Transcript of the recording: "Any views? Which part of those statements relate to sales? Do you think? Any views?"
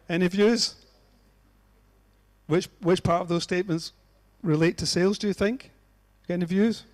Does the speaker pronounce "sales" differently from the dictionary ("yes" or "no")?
no